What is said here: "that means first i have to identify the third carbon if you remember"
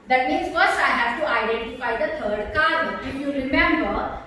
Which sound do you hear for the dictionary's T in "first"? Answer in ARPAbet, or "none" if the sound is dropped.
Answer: none